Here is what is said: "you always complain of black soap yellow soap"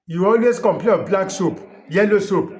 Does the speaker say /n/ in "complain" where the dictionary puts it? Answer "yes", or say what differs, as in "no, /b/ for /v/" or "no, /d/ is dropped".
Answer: no, /n/ is dropped